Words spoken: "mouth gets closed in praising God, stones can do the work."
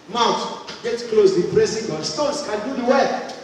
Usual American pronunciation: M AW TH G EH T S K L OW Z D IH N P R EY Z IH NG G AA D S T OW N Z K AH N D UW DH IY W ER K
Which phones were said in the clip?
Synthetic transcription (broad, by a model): M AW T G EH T K L OW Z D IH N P R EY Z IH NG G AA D S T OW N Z K AH N D UW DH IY W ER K